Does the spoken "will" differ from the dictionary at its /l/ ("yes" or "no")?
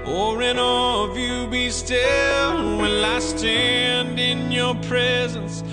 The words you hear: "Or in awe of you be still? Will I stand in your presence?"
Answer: yes